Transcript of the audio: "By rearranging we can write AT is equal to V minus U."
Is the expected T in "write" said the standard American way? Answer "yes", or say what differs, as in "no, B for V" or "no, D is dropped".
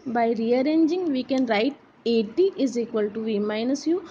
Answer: yes